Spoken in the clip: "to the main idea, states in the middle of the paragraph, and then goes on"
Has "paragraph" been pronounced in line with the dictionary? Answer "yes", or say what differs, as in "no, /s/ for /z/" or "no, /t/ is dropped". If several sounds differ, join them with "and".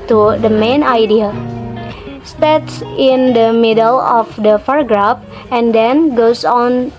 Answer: no, /f/ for /p/